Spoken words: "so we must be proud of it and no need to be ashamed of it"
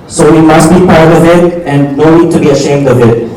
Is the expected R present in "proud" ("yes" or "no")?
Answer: no